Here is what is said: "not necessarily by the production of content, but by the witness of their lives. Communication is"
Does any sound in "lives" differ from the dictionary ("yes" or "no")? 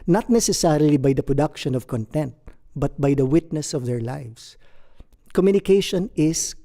yes